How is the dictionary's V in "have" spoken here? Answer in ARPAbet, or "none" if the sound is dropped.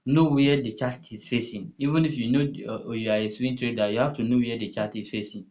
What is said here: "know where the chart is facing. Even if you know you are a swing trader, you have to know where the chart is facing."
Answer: F